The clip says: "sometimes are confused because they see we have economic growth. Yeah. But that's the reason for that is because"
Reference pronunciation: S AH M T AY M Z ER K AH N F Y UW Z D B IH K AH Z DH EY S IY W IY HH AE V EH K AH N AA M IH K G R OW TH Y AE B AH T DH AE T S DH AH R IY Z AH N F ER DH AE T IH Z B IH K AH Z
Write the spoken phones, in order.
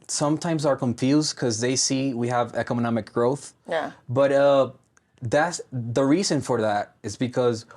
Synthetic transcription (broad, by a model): S AH M T AY M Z ER K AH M F Y UW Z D K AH Z DH EY S IY W IY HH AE V EH K AH N AA M IH K G R OW TH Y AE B AH T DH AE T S DH AH R IY Z AH N F ER DH AE T IH Z B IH K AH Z